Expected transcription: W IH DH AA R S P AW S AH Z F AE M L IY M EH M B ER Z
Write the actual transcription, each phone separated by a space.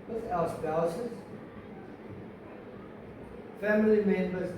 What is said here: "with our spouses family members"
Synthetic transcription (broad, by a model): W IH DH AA L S B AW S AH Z F AE M L IY M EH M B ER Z